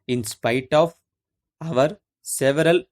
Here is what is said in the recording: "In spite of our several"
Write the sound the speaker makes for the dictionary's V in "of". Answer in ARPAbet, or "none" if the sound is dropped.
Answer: V